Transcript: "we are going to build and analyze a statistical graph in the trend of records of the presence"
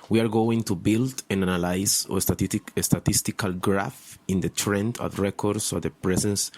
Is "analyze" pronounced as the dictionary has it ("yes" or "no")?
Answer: no